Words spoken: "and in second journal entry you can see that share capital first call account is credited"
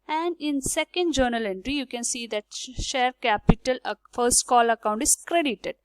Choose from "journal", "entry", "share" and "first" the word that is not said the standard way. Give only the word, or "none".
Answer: none